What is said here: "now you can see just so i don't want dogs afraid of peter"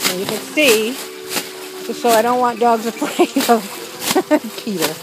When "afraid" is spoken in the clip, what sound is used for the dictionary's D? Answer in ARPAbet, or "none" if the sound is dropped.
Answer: none